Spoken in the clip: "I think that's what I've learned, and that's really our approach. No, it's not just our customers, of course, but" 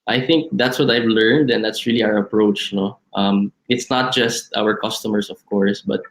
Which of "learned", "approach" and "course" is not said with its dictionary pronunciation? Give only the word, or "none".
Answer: none